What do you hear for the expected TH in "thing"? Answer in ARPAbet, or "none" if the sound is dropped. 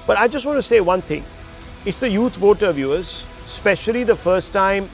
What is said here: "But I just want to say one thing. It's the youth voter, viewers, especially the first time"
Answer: T